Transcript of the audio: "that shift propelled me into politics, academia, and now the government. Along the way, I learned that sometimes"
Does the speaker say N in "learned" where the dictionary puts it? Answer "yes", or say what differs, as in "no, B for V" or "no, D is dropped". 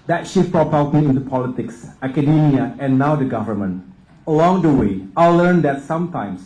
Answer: yes